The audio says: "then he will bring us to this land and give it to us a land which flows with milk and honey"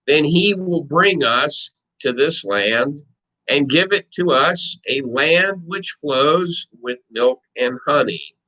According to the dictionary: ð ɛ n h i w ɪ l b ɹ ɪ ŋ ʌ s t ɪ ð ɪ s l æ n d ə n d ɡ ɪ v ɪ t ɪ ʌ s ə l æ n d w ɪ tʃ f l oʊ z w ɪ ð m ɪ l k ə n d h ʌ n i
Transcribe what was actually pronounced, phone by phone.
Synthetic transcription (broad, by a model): ð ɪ n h i w ɪ l b ɹ ɪ ŋ ʌ s t ɪ ð ɪ s l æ n d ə n ɡ ɪ v ɪ t ɪ ʌ s ə l æ n d w ɪ tʃ f l oʊ z w ɪ ð m ɪ l k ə n h ʌ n i